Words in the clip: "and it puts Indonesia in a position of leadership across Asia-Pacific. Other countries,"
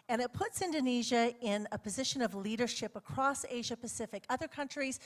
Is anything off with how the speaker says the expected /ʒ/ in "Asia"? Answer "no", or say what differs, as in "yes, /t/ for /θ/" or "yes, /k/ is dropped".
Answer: no